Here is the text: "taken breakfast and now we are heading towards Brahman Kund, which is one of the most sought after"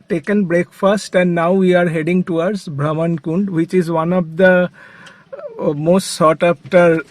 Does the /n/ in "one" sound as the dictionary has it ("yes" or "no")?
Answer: yes